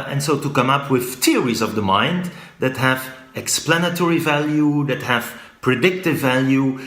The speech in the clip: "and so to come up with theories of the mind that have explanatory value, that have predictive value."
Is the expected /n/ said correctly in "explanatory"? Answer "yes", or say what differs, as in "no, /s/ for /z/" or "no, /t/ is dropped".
yes